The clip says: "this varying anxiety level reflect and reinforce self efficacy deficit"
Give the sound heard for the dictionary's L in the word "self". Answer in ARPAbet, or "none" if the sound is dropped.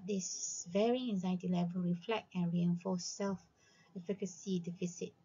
L